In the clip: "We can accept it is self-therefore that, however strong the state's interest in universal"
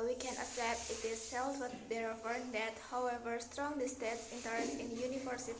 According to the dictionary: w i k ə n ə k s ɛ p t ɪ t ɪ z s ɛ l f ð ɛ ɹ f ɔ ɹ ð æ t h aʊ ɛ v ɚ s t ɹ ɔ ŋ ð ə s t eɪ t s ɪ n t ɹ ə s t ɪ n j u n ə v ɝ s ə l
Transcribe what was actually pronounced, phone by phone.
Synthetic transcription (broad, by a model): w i k ə n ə s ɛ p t ɪ t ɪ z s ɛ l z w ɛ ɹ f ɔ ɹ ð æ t h aʊ ɛ v ɚ s t ɹ ɔ ŋ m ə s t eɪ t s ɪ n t ə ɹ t ɪ n j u n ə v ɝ s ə